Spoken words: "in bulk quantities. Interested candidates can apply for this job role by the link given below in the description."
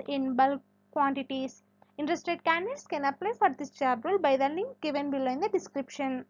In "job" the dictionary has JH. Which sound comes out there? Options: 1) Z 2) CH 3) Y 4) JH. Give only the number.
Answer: 2